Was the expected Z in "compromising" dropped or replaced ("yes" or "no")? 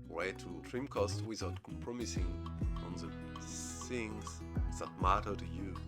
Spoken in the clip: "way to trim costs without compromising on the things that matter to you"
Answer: yes